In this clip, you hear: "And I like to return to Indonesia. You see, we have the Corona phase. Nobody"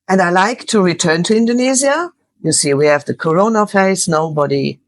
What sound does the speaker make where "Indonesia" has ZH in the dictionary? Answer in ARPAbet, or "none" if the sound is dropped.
Z